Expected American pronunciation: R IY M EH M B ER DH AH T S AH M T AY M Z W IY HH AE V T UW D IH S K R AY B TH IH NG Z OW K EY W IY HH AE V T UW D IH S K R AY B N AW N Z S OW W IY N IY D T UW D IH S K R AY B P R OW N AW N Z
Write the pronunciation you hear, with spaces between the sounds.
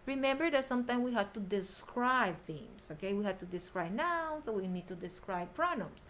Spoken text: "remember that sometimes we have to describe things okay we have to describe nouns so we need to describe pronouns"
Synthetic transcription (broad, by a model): R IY M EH M B ER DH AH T S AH M T AY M W IY HH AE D T UW D IH S K R AY B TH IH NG S OW K EY W IY HH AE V T UW D IH S K R AY B N AW S OW W IY N IY D T UW D IH S K R AY B P R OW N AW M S